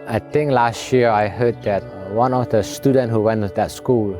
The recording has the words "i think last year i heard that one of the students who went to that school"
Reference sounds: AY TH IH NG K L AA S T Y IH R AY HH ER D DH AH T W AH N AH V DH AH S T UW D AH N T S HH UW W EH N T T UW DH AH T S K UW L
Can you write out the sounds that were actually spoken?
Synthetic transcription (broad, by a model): AY T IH NG K L AA S T Y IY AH AY HH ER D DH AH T W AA N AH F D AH S T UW D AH N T HH UW W EH N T T UW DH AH T S K UW L